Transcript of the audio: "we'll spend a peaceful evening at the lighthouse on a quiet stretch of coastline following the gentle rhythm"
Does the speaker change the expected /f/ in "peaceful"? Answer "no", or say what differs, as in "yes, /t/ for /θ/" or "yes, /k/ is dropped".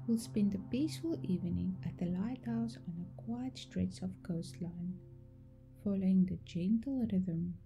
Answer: no